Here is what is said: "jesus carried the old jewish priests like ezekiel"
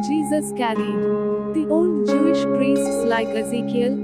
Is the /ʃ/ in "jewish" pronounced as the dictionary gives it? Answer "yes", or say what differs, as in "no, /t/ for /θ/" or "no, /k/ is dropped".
yes